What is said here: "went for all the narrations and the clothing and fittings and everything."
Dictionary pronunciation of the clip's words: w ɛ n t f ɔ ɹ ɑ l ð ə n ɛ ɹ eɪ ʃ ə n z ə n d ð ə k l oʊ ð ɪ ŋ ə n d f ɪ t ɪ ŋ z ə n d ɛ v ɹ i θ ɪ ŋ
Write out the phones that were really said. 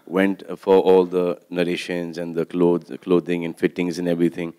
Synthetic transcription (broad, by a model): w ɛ n t f ɔ ɹ ɑ l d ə n ɛ ɹ eɪ ʃ ə n z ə n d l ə k l oʊ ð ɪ ŋ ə n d f ɪ t ɪ ŋ z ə n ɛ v ɹ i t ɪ ŋ